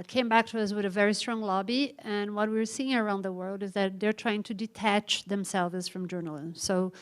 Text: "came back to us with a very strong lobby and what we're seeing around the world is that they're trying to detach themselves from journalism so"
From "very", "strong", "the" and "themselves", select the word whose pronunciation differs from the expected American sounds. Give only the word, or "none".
none